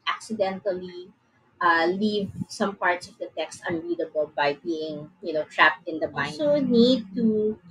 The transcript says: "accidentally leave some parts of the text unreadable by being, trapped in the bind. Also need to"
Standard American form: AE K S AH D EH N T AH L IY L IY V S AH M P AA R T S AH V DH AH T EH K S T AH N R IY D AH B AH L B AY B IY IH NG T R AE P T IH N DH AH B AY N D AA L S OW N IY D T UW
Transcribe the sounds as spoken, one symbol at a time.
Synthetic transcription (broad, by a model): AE K S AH D EH N T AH L IY L IY V S AH M P AA R T S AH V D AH T EH K S T AH N R IY D AH B AH L B AY B IY IH NG T R AE P T IH N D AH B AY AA S OW N IY D T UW